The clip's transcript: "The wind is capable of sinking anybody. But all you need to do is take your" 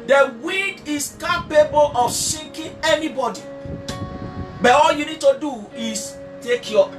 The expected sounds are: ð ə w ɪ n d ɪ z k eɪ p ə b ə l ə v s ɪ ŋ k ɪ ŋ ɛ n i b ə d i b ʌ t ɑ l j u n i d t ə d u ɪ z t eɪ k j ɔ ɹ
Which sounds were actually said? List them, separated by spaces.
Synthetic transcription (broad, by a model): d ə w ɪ d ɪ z k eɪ p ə b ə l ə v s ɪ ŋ k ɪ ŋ ɛ n i b ə d i b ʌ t ɑ l j u n i d t ə d u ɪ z t eɪ k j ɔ